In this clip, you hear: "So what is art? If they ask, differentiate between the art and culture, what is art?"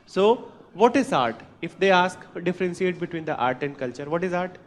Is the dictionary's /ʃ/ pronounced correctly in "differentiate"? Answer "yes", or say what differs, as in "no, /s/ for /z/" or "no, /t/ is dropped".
no, /s/ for /ʃ/